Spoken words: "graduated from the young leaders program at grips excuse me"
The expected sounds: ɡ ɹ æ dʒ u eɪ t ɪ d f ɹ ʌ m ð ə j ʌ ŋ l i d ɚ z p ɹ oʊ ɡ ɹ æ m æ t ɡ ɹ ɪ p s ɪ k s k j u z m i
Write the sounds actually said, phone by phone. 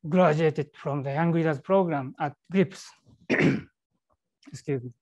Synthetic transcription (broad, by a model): ɡ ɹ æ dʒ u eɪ t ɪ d f ɹ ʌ m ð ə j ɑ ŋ w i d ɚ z p ɹ oʊ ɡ ɹ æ m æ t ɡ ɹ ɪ p s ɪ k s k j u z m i